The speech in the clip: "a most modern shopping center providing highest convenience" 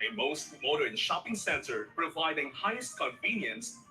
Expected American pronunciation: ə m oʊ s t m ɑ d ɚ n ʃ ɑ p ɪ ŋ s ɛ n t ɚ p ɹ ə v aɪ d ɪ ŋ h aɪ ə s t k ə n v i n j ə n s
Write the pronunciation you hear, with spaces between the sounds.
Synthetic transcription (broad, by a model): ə m oʊ s t m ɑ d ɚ n ʃ ɑ p ɪ ŋ s ɛ n t ɚ p ɹ ə v aɪ d ɪ ŋ h aɪ ə s t k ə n v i n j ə n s